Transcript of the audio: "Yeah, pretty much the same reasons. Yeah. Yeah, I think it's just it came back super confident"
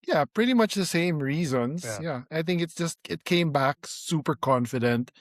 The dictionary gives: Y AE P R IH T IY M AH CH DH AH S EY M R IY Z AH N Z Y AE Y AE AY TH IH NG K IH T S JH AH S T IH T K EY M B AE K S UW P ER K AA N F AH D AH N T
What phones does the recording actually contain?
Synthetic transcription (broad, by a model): Y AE P R IH T IY M AH CH DH AH S EY M R IY Z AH N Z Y Y AE AY TH IH NG K IH T S JH AH S T IH T K EY M B AE K S UW P ER K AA N F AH D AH N T